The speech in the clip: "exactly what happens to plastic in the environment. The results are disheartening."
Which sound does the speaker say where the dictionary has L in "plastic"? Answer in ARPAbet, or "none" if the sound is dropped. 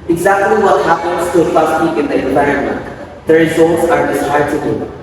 none